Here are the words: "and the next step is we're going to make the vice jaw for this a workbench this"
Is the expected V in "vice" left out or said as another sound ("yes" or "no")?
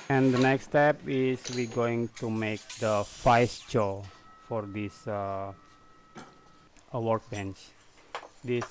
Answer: yes